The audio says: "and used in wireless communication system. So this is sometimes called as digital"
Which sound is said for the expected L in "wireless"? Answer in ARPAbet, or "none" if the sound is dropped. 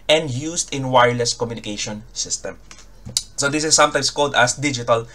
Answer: L